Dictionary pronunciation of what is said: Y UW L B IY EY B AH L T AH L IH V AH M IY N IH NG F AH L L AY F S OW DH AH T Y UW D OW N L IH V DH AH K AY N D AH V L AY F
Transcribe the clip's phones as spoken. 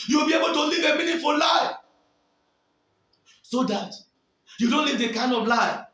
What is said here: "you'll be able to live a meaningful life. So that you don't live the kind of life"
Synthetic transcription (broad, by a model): Y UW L B IY EY B AH L T AH L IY V AH M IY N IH F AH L L AY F S OW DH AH T Y UW D OW N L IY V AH K AY N D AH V L AY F